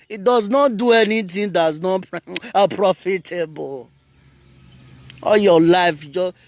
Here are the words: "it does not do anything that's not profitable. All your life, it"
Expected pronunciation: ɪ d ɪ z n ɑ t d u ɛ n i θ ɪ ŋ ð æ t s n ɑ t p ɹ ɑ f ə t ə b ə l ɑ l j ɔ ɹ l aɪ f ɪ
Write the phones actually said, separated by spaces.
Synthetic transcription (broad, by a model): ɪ d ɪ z n ɑ t d u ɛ n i t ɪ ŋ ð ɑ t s n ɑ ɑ p ɹ ɑ f ə t ə b ə l ɑ l j ɔ l aɪ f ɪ